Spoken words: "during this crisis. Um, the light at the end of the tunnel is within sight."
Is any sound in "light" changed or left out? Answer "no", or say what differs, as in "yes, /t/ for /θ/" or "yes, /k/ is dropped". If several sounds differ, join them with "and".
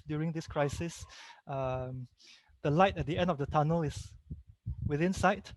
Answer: no